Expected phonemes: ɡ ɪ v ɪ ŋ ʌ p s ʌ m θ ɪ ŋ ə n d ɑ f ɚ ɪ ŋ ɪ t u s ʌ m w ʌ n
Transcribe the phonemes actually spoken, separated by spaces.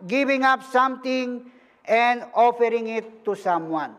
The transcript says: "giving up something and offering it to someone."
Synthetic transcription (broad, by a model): ɡ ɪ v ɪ ŋ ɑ p s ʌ m t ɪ ŋ ə n d ɑ f ɚ ɪ ŋ ɪ t u s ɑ m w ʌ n